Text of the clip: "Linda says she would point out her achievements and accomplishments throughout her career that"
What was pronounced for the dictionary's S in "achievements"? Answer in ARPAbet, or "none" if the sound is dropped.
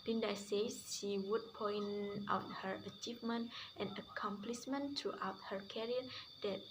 none